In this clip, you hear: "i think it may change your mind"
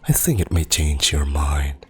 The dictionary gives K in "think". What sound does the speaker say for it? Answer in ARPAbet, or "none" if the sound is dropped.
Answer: K